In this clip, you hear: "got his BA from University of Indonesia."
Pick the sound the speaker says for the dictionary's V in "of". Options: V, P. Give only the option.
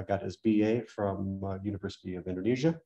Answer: V